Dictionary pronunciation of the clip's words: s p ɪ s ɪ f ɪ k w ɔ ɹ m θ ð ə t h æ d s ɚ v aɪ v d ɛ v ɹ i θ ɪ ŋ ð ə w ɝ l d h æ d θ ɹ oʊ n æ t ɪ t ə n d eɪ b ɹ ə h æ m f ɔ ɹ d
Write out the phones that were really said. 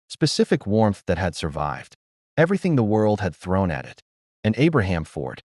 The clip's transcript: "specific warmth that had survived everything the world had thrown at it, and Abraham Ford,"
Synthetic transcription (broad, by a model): s p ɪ s ɪ f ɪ k w ɔ ɹ m θ ð ə t h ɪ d s ɚ v aɪ v d ɛ v ɹ i θ ɪ ŋ ð ə w ɝ l d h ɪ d θ ɹ oʊ n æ t ɪ t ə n eɪ b ɹ ə h æ m f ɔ ɹ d